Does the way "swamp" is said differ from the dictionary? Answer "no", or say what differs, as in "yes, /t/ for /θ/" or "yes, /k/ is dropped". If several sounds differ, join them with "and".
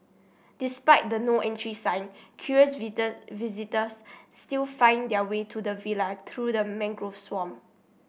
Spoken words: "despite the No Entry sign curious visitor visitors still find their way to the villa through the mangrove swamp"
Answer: yes, /p/ is dropped